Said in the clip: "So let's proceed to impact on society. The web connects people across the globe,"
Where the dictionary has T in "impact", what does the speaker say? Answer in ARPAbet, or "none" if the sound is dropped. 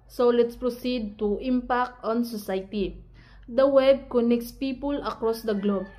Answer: T